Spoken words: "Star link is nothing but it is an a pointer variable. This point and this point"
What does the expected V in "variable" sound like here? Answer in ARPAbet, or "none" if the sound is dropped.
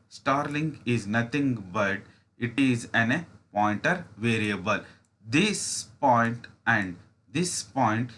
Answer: V